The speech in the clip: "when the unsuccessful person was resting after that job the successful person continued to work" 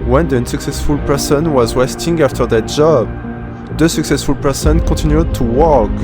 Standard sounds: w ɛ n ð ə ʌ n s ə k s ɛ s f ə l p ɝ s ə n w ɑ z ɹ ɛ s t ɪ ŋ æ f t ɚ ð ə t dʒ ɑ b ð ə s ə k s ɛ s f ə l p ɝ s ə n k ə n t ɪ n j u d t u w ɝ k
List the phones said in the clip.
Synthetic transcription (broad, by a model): w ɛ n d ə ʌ n s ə k s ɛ s f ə l p ɝ s ə n w ɑ z w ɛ s t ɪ ŋ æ f t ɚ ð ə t dʒ ɑ b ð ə s ə k s ɛ s f ə l p ɝ s ə n k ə t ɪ n j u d t u w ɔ k